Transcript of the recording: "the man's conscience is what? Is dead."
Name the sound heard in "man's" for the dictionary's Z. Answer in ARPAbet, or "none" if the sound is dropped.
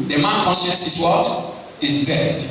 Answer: none